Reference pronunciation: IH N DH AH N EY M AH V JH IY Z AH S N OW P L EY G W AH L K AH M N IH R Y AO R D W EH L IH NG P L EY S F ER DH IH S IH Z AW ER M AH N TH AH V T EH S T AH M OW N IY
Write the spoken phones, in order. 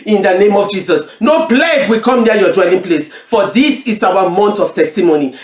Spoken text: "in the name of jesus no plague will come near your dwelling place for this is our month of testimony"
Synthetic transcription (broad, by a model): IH N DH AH N EY M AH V JH IY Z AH S N OW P L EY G W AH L K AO M N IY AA Y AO D W EH L IH NG P L EY S F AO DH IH S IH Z AW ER M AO N T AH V T EH S T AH M OW N IY